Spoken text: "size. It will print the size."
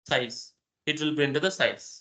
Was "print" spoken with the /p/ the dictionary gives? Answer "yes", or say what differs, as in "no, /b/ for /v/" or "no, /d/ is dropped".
no, /b/ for /p/